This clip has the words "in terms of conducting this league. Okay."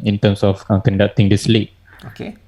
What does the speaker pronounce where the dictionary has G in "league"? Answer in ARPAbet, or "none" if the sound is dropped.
none